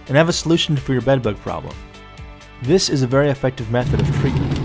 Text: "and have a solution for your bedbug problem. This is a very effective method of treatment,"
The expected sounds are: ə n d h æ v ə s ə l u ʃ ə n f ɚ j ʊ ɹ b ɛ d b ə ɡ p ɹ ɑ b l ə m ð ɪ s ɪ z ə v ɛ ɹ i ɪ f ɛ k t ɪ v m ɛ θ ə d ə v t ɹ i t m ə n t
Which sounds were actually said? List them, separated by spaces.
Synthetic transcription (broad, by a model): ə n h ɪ v ə s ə l u ʃ n f ɚ j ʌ ɹ b ɛ d b ə ɡ p ɹ ɑ b l ə m ð ɪ s ɪ z ə v ɛ ɹ i ɪ f ɛ k t ɪ v m ɛ θ ə d ə v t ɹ i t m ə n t